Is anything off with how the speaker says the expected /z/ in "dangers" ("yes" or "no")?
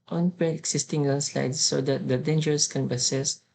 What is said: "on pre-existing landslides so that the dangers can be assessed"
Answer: yes